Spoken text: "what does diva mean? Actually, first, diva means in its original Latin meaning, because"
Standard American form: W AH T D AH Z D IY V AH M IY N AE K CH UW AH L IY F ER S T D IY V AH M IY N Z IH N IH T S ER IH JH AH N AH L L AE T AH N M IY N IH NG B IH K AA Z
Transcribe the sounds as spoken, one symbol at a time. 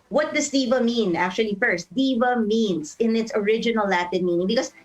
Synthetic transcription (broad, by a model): W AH T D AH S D IY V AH M IY N AE K CH UW AH L IY F ER S T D IY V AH M IY N S IH N IH T S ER IH JH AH N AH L L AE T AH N M IY N IH NG B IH K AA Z